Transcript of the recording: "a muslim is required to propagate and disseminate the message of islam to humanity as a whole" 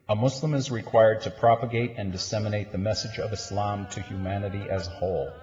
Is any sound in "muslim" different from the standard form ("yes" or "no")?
yes